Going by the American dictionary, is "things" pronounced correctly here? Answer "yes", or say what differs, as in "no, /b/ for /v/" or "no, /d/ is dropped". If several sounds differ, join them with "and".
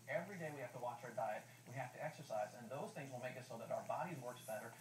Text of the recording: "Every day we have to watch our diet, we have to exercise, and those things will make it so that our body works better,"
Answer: yes